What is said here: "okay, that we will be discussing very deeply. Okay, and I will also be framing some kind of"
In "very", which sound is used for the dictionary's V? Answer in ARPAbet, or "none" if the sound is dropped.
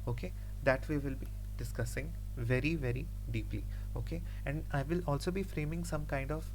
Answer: V